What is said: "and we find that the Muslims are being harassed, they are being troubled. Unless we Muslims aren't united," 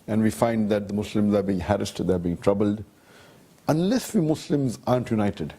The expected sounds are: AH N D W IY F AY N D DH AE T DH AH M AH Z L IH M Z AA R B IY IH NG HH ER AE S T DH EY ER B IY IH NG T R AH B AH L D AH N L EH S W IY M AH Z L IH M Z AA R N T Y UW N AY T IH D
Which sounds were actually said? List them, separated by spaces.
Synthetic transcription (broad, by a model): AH N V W IY F AY N D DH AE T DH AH M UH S L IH M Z AA R B IY IH NG HH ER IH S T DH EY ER B IY IH NG T R AH B AH L D AH N L EH S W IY M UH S L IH M Z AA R N T Y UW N AY T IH D